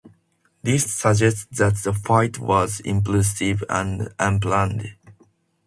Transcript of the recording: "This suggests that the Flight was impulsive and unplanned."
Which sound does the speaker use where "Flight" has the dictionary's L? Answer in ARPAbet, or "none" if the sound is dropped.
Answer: none